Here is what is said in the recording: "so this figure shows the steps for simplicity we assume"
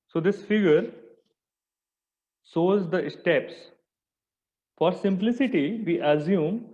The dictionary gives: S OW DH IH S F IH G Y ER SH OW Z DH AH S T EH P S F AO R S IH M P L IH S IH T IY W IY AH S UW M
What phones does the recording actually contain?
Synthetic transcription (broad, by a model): S OW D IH S F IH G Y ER S OW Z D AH S T EH P S F AO R S IH M P L IH S IH T IY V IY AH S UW M